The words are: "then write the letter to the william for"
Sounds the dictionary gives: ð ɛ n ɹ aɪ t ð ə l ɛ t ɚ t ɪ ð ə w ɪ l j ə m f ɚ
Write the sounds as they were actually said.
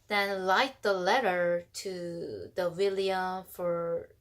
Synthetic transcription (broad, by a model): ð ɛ n l aɪ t ð ə l ɛ t ɚ t ɪ ð ə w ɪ l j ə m f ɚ